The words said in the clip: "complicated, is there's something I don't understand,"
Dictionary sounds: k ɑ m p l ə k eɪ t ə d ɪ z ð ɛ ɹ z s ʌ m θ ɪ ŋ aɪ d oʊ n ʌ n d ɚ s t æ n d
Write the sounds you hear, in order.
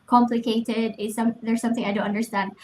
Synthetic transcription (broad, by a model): k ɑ m p l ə k eɪ t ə d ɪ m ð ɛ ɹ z s ʌ m θ ɪ ŋ aɪ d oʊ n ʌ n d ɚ s t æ n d